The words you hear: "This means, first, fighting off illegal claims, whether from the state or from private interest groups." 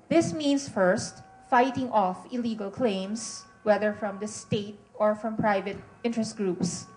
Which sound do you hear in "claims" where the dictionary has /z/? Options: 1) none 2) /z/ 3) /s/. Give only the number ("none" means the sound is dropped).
3